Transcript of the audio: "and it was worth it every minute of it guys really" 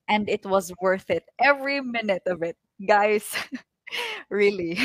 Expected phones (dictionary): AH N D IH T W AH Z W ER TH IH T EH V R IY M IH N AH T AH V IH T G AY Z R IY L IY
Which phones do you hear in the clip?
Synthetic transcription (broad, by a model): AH N D IH T W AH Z W ER TH IH T EH V R IY M IH N AH T AH V IH T G AY S R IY L IY